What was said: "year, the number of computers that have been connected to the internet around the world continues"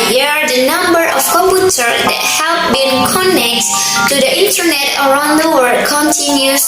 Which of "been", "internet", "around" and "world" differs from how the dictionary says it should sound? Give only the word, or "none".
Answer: world